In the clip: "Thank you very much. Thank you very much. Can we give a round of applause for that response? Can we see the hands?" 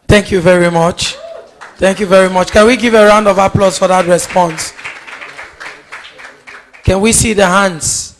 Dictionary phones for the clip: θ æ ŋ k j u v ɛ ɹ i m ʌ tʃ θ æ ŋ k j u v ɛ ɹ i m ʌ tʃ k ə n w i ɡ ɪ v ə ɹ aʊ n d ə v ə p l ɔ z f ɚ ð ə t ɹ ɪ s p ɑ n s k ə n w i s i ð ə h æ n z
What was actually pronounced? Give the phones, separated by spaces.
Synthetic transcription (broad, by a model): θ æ ŋ k j u v ɛ ɹ i m ʌ tʃ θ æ ŋ k j u v ɛ ɹ i m ʌ tʃ k ə n w i ɡ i v ə ɹ aʊ n d ə v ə p l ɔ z f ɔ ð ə t ɹ ɪ s p ɑ n s k ə n w i s i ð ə h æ n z